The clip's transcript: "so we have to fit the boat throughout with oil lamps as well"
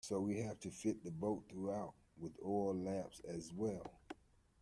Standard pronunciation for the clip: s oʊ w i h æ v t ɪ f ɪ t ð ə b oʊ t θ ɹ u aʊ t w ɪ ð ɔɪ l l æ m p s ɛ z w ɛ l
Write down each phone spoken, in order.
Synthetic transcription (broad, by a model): s oʊ w i h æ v t ɪ f ɪ t ð ə b oʊ t θ ɹ u aʊ t w ɪ ð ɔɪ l l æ p s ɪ z w ɛ l